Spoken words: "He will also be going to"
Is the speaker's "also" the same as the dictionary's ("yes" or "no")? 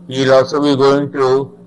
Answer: no